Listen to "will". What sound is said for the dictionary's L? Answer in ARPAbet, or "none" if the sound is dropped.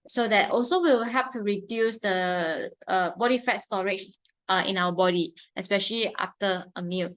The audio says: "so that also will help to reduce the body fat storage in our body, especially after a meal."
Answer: W